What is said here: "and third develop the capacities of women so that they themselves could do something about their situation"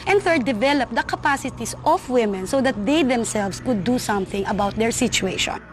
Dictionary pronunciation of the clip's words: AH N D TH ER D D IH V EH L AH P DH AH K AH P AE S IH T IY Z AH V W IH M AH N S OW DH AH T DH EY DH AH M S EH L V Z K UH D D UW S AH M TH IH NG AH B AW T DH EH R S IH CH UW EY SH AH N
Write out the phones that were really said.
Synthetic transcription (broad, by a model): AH N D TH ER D D IH V EH L AH P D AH K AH P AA S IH T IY S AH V W IH M AH N S OW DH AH T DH EY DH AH M S EH L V S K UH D D UW S AH M TH IH NG AH B AW T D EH R S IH CH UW EY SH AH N